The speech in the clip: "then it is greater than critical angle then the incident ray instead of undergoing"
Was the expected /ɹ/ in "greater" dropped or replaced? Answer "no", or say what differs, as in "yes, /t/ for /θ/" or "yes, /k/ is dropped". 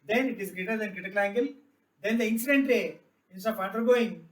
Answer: no